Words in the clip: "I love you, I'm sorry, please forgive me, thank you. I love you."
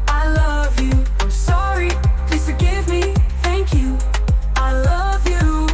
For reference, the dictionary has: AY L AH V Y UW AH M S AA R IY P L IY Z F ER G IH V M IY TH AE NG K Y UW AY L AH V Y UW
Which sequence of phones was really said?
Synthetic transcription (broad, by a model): AY L AH V Y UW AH S AA R IY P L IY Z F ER G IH V M IY TH AE NG K Y UW AY L AH V Y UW